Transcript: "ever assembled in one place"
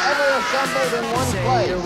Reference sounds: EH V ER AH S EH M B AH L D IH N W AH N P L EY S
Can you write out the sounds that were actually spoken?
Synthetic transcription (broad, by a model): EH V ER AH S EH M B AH D IH N W AH N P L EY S